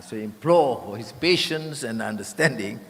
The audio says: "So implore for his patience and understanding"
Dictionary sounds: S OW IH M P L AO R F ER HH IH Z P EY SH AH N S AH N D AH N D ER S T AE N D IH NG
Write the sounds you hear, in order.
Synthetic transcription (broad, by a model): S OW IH M P L AO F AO HH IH S P EY SH AH N S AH N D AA N D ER S T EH N D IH NG